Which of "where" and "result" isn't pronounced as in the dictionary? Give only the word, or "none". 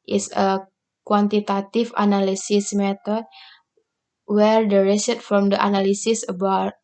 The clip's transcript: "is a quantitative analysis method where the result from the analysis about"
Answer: result